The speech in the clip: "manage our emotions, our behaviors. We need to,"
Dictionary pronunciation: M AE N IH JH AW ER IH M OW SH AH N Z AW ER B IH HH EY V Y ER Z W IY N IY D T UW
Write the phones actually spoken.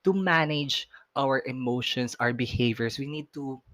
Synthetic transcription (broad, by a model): M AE N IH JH AW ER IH M OW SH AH N S AW ER B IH HH EY V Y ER S W IY N IY D T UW